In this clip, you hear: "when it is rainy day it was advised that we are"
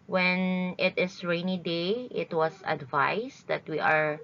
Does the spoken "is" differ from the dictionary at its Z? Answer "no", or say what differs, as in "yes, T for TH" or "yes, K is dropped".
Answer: yes, S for Z